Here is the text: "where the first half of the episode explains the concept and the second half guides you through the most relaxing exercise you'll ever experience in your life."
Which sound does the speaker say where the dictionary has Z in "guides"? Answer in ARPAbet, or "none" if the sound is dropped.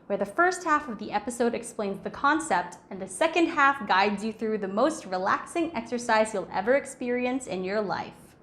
Z